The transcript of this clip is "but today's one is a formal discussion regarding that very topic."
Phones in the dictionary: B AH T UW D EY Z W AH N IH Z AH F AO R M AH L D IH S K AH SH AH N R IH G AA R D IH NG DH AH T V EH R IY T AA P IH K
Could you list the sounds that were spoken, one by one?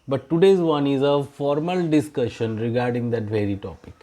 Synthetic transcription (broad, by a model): B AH T UW D EY Z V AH N IH Z AH F AO R M AH L D IH S K AH SH AH N R IH G AA R D IH NG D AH T V EH R IY T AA P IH K